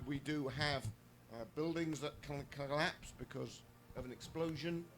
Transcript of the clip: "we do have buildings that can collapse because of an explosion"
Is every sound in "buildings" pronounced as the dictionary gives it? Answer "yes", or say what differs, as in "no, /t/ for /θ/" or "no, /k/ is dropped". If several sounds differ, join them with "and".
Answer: yes